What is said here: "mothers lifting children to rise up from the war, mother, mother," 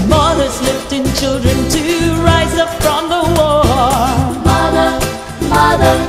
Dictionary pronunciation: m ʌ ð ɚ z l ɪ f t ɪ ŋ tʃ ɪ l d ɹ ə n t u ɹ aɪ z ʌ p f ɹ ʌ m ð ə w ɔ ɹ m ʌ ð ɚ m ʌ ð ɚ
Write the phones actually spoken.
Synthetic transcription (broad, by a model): m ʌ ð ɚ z l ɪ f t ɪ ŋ tʃ ɪ l d ɹ ə n t u ɹ aɪ z ʌ p f ɹ ʌ m ð ə w ɔ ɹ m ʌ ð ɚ m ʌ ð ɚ